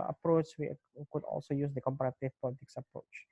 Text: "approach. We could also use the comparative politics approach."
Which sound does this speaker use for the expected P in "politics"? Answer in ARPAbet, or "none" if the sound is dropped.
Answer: P